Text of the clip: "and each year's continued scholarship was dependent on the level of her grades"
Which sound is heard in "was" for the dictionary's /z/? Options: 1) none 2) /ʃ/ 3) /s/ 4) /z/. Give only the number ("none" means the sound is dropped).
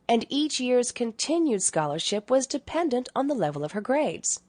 4